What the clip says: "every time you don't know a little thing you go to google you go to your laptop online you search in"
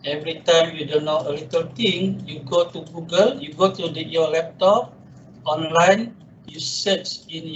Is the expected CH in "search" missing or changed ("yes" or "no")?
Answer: yes